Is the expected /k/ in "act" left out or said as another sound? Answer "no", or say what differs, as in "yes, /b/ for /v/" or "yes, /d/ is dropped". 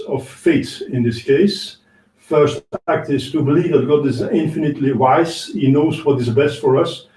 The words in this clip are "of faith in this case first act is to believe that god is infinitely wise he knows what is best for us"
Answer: no